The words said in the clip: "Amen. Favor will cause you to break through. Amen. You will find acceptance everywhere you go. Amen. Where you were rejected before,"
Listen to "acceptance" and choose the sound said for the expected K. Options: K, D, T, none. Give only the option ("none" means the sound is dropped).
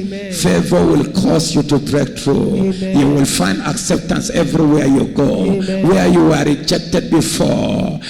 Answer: K